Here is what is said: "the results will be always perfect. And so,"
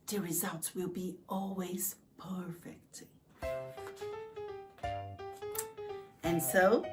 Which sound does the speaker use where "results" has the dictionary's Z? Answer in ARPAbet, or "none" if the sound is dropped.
Z